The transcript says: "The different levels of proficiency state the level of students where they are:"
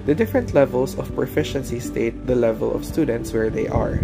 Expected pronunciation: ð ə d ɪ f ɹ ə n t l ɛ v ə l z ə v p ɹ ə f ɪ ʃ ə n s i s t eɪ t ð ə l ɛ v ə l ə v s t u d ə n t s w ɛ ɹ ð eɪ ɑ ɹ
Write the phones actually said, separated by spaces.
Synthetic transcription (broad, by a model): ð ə d ɪ f ɹ ə n t l ɛ v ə l s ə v p ɹ ə f ɪ ʃ ə n s i s t eɪ t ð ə l ɛ v ə l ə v s t u d ə n t s w ɛ ɹ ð eɪ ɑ ɹ